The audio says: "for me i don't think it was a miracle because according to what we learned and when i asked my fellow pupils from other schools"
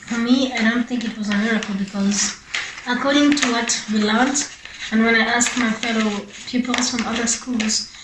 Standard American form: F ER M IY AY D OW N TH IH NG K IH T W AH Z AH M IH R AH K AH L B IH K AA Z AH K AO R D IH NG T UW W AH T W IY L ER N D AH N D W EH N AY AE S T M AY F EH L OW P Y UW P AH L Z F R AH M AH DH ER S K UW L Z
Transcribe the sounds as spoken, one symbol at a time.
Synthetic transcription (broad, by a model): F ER M IY AY D OW N TH IH NG K IH T W AH Z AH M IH R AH K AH L B IH K AA Z AH K AO R D IH NG T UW W AH T W IY L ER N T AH N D W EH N AY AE S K M AY F EH L OW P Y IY P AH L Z F R AH M AH DH ER S K UW L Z